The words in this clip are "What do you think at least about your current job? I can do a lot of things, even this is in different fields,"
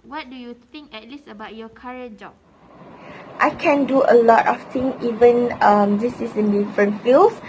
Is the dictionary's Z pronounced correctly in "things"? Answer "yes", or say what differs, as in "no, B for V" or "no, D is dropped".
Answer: no, Z is dropped